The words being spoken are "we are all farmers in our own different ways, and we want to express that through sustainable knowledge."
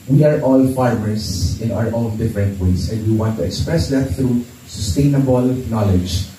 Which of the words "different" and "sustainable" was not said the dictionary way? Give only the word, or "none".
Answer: none